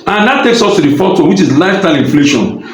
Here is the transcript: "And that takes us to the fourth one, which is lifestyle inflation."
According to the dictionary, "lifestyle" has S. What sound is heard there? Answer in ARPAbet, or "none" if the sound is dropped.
none